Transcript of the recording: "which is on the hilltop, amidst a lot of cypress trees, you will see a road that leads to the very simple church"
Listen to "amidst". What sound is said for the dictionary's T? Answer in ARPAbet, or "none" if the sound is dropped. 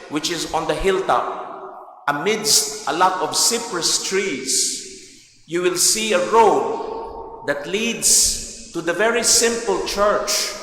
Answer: T